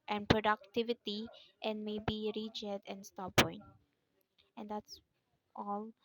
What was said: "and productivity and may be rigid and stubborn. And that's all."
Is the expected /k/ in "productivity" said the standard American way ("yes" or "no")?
yes